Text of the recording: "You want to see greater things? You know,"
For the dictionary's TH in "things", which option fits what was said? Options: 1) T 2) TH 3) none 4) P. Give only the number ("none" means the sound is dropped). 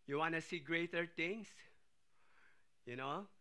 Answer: 1